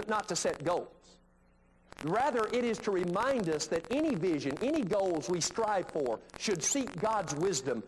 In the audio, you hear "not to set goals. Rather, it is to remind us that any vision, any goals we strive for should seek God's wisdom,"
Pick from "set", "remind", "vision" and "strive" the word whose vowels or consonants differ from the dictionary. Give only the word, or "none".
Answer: none